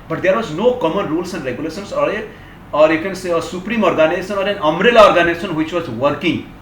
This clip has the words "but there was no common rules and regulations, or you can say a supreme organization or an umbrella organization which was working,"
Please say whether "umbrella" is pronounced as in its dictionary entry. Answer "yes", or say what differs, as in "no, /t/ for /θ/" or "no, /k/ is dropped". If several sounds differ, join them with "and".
no, /b/ is dropped